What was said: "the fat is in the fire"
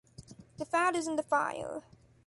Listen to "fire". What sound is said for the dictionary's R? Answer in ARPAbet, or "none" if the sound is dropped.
L